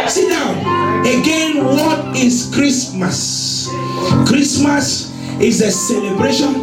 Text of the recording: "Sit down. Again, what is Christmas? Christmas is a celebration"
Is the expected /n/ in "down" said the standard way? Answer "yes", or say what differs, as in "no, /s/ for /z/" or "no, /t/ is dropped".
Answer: no, /n/ is dropped